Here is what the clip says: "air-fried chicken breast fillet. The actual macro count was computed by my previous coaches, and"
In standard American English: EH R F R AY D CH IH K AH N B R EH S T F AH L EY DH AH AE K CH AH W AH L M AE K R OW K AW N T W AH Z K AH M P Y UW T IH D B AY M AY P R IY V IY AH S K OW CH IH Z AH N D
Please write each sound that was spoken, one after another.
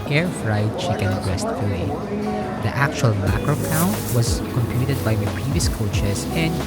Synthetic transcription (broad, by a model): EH R F R AY D CH IH K AH N B R EH S T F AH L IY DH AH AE K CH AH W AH L M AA K R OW K AW N T W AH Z K AH M P Y UW T IH D B AY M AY P R IY V IY AH S K OW CH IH S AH N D